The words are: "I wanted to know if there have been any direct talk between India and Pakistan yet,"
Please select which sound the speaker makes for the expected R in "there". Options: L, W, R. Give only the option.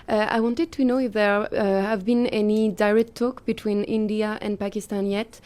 R